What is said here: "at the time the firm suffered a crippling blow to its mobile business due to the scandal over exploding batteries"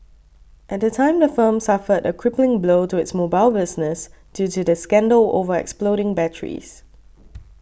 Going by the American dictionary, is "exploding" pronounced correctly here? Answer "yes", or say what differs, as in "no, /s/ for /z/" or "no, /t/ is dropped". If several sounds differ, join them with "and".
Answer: yes